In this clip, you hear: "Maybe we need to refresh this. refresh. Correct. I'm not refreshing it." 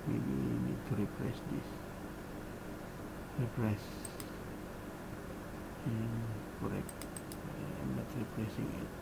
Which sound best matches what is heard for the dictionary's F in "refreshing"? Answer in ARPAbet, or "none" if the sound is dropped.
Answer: P